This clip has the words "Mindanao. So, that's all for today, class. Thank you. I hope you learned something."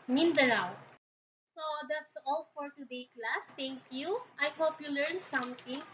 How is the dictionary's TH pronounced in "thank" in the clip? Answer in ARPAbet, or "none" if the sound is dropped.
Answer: T